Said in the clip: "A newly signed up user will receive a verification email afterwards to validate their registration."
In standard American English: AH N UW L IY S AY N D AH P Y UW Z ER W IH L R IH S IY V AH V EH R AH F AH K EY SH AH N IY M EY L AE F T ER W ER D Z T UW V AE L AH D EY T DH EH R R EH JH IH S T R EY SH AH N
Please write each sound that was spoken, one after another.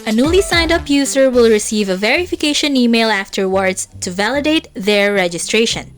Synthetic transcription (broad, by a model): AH N UW L IY S AY N D AH P Y UW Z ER W IH L R IH S IY V AH V EH R AH F AH K EY SH AH N IY M EY L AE F T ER W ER D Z T UW V AE L AH D EY T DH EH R R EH JH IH S T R EY SH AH N